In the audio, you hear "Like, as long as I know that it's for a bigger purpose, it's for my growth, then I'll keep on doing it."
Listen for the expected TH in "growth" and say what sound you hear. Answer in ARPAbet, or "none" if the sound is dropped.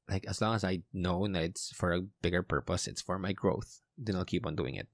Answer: TH